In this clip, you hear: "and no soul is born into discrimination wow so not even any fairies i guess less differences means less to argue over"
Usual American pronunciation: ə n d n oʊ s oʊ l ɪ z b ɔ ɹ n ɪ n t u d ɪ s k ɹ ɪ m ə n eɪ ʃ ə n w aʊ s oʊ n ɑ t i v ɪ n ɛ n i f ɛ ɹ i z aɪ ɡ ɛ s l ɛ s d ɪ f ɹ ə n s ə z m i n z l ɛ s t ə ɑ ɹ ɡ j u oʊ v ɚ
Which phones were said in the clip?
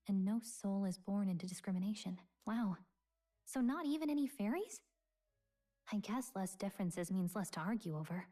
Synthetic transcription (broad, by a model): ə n n oʊ s oʊ l ɪ z b ɔ ɹ n ɪ n t u d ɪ s k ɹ ɪ m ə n eɪ ʃ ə n w aʊ s oʊ n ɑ t i v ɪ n ɛ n i f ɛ ɹ i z aɪ ɡ ɛ s l ɛ s d ɪ f ɹ ə n s ə z m i n z l ɛ s t ə ɑ ɹ ɡ j u oʊ v ɚ